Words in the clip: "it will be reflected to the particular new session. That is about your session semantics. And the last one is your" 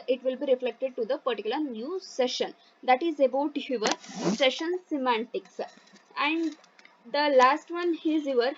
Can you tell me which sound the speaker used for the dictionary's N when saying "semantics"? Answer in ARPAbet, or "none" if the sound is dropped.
N